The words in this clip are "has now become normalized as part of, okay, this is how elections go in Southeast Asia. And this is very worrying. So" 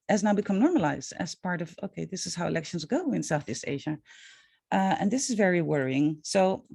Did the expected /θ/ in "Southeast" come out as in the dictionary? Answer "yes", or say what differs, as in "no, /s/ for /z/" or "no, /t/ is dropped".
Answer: yes